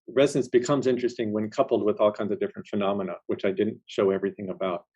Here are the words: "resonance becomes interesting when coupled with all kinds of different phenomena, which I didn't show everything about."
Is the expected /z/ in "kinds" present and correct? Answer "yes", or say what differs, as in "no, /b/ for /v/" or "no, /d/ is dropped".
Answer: yes